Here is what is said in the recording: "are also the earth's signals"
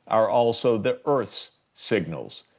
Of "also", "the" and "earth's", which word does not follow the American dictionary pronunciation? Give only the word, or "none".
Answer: none